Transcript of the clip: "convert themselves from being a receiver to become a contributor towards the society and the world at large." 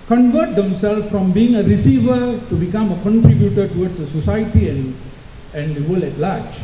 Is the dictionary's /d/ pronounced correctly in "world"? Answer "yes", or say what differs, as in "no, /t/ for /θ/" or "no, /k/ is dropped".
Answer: no, /d/ is dropped